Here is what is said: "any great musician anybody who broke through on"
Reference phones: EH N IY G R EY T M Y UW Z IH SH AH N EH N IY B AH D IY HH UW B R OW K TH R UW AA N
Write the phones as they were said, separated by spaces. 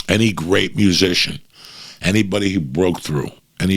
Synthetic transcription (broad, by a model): EH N IY G R EY T M Y UW Z IH SH AH N EH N IY B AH D IY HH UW B R OW K TH R UW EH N